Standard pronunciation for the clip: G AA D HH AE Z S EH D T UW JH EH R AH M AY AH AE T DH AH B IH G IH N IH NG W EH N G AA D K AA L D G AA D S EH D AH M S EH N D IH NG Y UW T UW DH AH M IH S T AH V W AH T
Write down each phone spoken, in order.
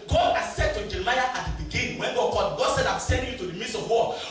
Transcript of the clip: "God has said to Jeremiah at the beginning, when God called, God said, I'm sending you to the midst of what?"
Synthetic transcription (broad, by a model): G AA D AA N S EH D T UW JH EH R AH M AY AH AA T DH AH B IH G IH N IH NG W EH N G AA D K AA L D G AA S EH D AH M S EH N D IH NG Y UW T UW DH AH M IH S AH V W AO